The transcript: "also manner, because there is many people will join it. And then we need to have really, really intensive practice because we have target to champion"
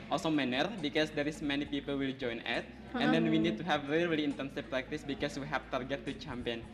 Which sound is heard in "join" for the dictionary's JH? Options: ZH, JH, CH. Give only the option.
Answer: JH